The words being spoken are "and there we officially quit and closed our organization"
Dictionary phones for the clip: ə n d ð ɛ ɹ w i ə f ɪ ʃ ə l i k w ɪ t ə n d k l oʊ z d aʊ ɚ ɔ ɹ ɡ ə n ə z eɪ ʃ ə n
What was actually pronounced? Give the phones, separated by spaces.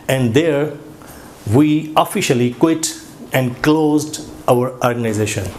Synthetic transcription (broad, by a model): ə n d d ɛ ɹ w i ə f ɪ ʃ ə l i k w ɪ t ə n d k l oʊ z d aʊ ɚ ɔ ɹ ɡ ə n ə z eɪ ʃ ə n